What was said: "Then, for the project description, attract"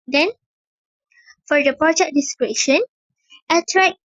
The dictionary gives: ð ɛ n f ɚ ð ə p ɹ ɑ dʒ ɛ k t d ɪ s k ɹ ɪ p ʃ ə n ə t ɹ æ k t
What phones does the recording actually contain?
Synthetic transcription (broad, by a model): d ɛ n f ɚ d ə p ɹ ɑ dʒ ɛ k d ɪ s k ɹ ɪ ʃ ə n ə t ɹ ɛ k